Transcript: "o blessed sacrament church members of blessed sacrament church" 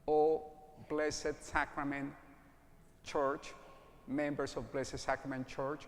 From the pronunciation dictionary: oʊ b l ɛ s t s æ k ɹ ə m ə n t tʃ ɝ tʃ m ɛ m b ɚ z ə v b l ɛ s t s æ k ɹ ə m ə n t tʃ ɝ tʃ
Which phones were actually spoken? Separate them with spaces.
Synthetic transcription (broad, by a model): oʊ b l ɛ s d s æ k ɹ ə m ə n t tʃ ɝ tʃ m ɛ m b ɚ s ə v b l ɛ s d s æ k ɹ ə m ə n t tʃ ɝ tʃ